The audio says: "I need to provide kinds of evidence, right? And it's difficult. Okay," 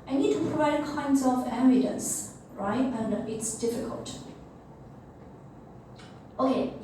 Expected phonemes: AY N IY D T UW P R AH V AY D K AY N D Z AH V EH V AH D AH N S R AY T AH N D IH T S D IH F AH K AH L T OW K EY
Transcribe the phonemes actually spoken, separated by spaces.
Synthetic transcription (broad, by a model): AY N IY D T UW P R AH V AY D K AY N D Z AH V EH B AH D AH N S R AY T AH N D IH T S D IH F AH K AH L T OW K EY